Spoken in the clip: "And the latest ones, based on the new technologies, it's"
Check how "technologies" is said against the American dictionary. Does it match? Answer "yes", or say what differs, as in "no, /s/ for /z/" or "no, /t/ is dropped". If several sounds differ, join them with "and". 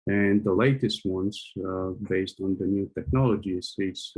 no, /s/ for /z/